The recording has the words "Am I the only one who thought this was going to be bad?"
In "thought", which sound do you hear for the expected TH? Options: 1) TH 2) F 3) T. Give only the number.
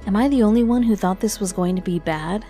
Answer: 1